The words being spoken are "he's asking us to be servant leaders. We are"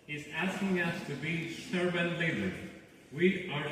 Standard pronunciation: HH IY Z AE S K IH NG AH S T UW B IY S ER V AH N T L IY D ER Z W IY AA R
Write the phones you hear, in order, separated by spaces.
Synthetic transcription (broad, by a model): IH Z AE S K IH NG AH S T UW B IY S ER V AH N L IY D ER W IY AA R